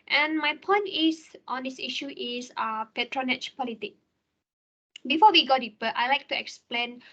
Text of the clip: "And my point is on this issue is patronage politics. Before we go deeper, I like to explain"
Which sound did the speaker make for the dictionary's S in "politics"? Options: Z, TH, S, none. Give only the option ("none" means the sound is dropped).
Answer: none